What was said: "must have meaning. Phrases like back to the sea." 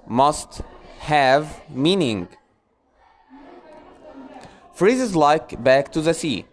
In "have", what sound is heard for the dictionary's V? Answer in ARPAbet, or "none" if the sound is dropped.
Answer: V